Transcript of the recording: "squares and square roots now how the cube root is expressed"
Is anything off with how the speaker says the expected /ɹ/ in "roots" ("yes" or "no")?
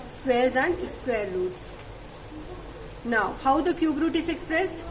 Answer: yes